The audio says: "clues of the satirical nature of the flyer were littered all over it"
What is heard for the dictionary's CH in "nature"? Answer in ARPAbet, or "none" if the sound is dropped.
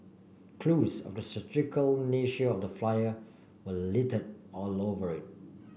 SH